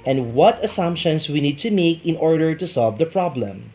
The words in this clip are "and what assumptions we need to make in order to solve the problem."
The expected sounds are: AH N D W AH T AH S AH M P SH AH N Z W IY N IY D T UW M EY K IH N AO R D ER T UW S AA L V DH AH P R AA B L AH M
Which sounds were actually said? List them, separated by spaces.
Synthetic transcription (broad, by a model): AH N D W AH T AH S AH M P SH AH N S W IY N IY D T UW M EY K IH N AO R D ER T UW S AA L V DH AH P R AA B L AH M